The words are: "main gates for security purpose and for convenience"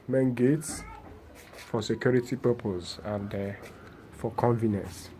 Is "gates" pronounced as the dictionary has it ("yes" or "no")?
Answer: yes